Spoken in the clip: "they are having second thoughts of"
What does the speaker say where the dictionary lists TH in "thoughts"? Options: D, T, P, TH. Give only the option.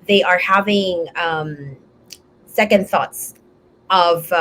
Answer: TH